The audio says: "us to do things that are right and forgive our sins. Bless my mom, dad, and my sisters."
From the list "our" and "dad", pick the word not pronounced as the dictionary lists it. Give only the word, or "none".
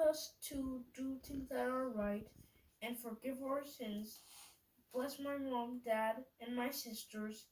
none